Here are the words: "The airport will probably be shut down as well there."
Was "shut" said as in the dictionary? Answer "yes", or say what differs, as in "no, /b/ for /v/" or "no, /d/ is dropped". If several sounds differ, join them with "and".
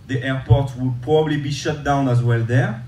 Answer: yes